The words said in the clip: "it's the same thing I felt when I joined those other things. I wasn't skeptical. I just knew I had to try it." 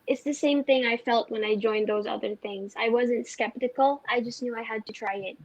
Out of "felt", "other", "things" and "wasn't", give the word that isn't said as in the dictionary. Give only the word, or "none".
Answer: none